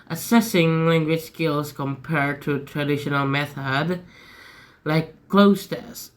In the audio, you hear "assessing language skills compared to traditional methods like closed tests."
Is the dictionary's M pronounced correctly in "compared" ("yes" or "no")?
yes